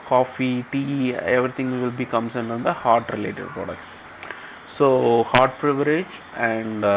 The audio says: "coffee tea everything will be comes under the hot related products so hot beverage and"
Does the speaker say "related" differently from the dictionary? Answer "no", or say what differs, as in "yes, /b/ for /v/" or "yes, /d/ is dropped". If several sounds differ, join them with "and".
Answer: no